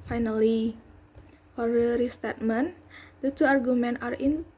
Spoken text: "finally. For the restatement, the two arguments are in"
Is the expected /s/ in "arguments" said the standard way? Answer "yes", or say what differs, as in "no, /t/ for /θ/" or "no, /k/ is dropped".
no, /s/ is dropped